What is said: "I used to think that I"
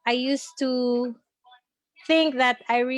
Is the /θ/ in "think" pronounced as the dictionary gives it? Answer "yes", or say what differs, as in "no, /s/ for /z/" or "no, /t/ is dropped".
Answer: yes